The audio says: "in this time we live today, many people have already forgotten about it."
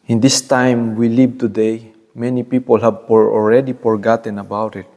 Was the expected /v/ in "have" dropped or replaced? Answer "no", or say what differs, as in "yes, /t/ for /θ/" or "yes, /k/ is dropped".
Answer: yes, /f/ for /v/